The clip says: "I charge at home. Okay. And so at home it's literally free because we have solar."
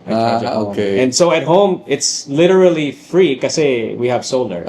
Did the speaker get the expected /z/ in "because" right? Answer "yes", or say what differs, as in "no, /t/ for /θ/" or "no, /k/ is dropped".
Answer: no, /z/ is dropped